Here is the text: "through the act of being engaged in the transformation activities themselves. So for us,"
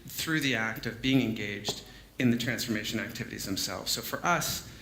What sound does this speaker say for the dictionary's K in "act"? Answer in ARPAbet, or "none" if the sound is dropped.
K